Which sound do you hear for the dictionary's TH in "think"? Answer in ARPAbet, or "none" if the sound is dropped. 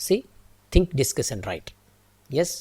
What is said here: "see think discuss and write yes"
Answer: T